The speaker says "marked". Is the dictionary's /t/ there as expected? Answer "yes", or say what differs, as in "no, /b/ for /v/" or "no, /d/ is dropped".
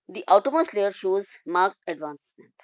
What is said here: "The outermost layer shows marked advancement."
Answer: no, /t/ is dropped